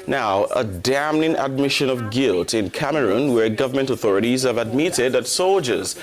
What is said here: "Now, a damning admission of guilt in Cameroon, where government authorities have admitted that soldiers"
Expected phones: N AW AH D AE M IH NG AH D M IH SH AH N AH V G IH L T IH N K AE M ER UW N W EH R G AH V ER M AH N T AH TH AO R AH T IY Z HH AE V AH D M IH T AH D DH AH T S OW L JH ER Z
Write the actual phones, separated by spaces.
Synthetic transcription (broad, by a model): N AW AH D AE M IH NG AH D M IH SH AH N AH V G IH L T IH N K AE M ER UW N W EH R G AH V ER M AH N T AH TH AO R AH T IY Z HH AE V AH D M IH T AH D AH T S OW L JH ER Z